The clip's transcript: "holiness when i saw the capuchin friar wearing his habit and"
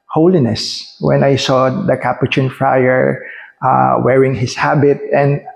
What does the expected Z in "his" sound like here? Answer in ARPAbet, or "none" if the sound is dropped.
S